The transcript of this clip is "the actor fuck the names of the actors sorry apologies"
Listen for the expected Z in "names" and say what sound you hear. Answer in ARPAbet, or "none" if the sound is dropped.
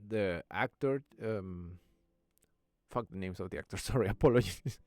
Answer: S